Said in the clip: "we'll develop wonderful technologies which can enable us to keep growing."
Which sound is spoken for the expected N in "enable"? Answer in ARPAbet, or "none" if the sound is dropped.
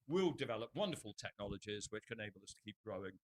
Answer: none